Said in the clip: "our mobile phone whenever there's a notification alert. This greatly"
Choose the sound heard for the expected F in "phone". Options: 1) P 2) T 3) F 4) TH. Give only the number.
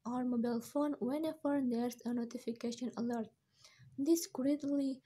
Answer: 3